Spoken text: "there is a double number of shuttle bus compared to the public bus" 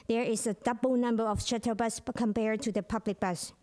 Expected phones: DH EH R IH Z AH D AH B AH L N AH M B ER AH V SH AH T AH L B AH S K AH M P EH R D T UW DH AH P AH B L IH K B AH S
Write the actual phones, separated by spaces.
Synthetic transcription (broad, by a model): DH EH R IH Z AH D AH B AH L N AH M B ER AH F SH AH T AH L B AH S K AH M P EH R D T UW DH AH P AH B L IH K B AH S